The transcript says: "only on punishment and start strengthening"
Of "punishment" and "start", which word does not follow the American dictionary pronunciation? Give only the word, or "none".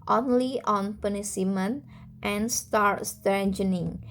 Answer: punishment